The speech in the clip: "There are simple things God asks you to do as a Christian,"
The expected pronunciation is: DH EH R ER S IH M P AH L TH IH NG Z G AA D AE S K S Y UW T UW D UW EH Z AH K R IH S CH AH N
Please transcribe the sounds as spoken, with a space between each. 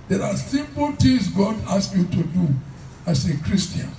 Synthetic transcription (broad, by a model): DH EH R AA S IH M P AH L T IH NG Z G AA D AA S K Y UW T UW D UW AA S AH K R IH S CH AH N